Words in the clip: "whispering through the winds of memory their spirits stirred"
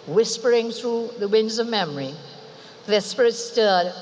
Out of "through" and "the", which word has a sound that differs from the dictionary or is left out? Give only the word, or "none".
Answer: none